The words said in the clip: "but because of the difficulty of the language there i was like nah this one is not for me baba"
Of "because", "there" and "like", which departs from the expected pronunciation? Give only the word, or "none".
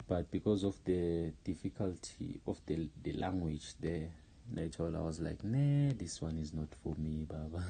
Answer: there